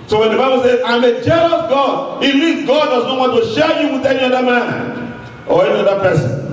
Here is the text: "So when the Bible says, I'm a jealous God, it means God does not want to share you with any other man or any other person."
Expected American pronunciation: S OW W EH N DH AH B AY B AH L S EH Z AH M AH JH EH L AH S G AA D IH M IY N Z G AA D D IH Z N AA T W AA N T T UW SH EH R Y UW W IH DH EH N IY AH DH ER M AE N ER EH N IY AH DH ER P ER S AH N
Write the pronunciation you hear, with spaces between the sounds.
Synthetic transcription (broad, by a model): S OW W EH N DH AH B AY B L S EH Z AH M AH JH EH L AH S G AA D IH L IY Z G AA D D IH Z N AA T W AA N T T UW SH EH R Y UW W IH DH EH N IY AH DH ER M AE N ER EH N IY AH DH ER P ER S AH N